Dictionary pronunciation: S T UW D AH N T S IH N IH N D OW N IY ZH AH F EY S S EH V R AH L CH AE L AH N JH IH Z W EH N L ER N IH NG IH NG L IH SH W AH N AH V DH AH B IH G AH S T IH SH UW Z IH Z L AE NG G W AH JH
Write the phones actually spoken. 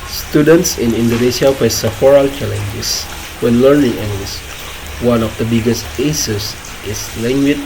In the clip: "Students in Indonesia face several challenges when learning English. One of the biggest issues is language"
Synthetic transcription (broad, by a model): S T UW D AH N T S IH N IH N D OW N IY S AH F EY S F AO R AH L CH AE L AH N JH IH S W EH N L ER N IH NG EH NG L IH S W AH N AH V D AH B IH G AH S T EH S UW S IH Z L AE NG G W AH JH